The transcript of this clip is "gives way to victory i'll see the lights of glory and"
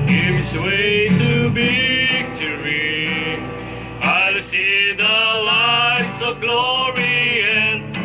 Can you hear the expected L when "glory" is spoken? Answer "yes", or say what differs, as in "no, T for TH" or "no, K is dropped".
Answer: yes